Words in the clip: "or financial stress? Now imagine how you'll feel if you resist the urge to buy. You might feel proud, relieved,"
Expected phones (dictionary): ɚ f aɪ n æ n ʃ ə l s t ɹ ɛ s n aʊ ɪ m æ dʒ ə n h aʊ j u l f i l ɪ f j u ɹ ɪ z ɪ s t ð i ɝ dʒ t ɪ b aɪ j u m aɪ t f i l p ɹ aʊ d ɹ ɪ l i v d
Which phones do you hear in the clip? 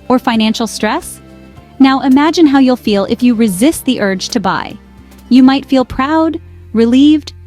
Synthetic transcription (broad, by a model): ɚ f aɪ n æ n ʃ l s t ɹ ɛ s n aʊ ɪ m æ dʒ ə n h aʊ j u l f i l ɪ f j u ɹ ɪ z ɪ s t ð i ɝ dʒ t ɪ b aɪ j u m aɪ t f i l p ɹ aʊ d ɹ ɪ l i v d